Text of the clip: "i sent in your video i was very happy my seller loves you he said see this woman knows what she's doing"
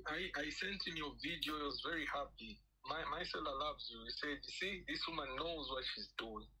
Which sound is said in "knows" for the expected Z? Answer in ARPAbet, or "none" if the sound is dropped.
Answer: Z